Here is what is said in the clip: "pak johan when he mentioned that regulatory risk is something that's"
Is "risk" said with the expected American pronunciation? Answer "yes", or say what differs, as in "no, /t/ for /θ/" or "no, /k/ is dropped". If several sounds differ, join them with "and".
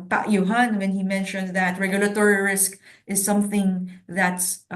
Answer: yes